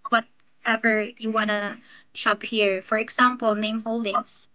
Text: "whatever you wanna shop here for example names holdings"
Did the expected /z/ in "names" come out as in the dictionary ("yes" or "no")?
no